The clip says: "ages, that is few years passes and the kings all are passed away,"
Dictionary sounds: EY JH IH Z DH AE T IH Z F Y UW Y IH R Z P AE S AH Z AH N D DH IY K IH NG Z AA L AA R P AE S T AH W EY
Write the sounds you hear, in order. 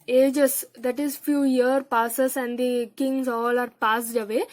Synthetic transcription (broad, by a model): EY JH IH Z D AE T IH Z F Y UW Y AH R P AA S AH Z AH N D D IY K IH NG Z AA L AA R P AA S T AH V EY